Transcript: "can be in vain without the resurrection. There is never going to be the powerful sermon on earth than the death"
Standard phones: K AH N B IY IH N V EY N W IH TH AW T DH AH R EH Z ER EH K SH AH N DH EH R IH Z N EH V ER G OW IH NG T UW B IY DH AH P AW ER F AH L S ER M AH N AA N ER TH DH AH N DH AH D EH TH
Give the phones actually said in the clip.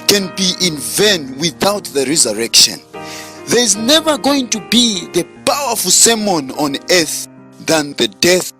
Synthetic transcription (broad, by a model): K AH N B IY IH N V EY N W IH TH AW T DH AH R EH Z ER EH K SH AH N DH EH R IH Z N EH V ER G OW IH NG T UW B IY DH AH P AW ER F AH L S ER M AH N AA N ER TH DH AH N DH AH D EH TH